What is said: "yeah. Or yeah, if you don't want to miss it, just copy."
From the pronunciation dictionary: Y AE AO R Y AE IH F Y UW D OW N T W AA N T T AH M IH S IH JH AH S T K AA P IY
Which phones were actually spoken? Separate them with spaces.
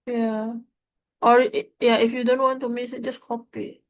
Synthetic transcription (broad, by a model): Y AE AO R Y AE IH F Y UW D OW N T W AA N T T AH M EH SH IH JH AH S T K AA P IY